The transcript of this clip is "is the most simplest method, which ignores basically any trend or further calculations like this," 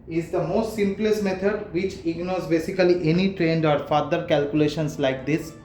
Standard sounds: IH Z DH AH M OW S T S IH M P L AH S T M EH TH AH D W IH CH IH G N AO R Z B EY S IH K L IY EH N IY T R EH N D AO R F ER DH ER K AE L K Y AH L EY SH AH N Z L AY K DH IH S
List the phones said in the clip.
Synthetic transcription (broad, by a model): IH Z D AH M OW S T S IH M P L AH S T M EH T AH D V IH CH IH G N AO R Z B EY S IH K L IY EH N IY T R EH N D AO R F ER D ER K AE L K Y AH L EY SH AH N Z L AY K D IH S